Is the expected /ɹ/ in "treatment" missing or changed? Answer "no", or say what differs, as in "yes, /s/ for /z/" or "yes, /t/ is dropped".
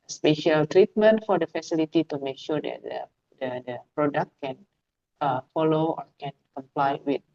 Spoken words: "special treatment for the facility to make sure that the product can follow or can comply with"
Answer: no